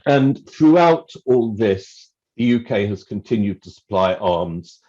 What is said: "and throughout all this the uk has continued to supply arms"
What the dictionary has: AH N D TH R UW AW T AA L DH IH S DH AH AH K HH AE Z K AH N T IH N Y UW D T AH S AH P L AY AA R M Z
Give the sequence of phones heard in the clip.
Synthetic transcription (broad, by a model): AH N TH R UW AW T AA L DH IH S DH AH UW K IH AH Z K AH N T IH N Y UW D T AH S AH P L AY AA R M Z